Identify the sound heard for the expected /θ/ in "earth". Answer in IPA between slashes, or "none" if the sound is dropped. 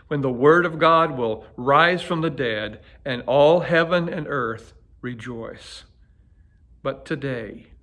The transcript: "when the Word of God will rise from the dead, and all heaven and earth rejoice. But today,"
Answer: /θ/